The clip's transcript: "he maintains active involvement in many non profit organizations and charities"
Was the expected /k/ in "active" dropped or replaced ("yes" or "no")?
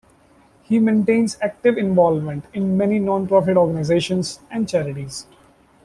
no